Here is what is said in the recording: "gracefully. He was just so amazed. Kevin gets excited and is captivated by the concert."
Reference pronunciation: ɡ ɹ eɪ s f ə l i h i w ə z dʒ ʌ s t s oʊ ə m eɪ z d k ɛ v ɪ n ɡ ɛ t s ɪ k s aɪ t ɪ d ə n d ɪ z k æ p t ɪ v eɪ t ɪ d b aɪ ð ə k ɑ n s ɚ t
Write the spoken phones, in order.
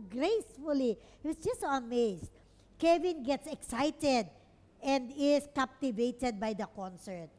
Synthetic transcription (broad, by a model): ɡ ɹ eɪ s f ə l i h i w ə s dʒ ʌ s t s oʊ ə m eɪ s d k ɛ v ɪ n ɡ ɛ t s ɪ k s aɪ t ɪ d ə n d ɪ s k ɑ p t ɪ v eɪ t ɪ d b aɪ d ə k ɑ n s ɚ t